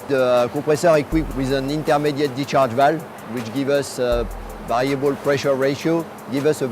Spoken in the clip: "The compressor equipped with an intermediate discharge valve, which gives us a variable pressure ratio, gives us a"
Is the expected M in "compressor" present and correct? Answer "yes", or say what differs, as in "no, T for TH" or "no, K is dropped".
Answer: no, M is dropped